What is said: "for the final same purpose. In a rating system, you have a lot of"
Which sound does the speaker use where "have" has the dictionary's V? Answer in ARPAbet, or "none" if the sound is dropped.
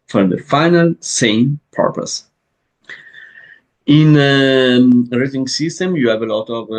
V